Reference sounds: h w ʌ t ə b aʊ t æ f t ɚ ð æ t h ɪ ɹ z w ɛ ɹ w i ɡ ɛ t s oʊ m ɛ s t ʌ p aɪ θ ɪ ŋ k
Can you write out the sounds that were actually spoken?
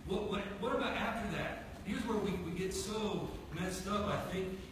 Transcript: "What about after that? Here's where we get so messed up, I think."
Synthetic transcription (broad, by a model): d w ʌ t ə b aʊ t æ f t ɚ ð æ t h ɪ ɹ z w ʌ ɹ w i ɡ ɛ t s oʊ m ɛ s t ʌ f aɪ θ ɪ ŋ k